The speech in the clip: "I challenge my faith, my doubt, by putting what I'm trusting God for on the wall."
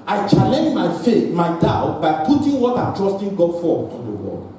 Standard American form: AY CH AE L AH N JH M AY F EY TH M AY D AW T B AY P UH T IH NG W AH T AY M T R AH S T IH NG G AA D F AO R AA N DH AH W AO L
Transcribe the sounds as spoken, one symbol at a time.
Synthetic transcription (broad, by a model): AY CH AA L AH N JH M AY F EY TH M AY D AW T B AY P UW T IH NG W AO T AY M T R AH S T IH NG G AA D F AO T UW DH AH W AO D